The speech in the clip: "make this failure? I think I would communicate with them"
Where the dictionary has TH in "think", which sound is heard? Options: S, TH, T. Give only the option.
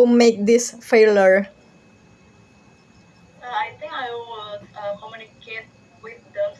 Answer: T